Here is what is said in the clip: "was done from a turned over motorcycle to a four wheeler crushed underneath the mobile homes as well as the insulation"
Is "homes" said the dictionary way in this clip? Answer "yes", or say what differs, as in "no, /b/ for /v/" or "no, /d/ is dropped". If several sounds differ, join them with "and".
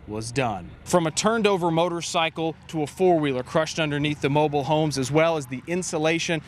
yes